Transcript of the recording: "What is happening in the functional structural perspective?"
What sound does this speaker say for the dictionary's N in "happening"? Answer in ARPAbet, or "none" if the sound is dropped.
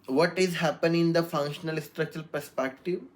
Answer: none